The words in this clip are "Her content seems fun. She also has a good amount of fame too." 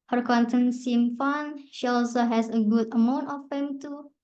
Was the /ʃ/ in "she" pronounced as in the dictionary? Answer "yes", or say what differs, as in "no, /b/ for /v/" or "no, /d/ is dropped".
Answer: yes